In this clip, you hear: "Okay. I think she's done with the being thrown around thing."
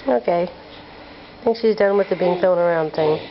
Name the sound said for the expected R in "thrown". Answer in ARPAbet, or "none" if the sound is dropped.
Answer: none